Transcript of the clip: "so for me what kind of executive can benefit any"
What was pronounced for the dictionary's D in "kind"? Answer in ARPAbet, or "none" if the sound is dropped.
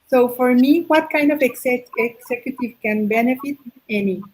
D